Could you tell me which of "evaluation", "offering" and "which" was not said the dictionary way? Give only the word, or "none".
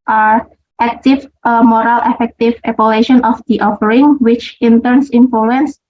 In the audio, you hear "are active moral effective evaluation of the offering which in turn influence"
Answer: evaluation